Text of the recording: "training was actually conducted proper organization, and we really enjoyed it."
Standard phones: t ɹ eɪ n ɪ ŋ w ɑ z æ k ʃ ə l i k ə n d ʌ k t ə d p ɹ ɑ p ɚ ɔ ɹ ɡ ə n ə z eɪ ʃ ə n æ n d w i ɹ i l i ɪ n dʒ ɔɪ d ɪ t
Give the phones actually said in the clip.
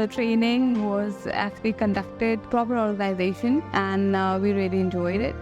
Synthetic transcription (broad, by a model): t ɹ eɪ n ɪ ŋ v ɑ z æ k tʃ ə l i k ə n d ʌ k t ə d p ɹ ɑ p ɚ ɔ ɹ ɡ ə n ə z eɪ ʃ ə n æ n d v i ɹ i l i ɪ n dʒ ɔɪ d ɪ t